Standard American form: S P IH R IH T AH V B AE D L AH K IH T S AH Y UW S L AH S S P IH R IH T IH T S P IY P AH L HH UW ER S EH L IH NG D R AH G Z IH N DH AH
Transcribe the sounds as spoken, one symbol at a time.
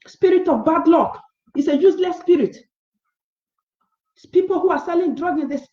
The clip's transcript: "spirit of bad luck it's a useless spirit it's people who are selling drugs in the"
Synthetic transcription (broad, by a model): S P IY R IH T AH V B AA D L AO K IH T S AH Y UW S L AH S S P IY R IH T T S P IY P AH L HH UW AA S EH L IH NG D R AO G IH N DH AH